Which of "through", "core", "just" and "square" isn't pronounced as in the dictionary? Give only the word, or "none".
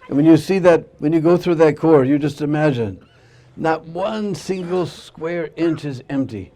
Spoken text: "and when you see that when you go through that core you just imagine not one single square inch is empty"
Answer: none